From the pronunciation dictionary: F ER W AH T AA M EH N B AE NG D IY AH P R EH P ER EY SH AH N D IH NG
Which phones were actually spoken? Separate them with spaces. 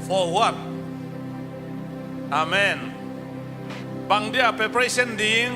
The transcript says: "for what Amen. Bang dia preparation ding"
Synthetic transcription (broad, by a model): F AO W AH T AA M EH N B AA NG D IY AH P EH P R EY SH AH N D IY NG